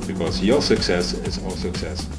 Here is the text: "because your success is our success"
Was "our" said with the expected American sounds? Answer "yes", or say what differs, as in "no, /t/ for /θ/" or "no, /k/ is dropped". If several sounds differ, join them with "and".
no, /l/ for /ɹ/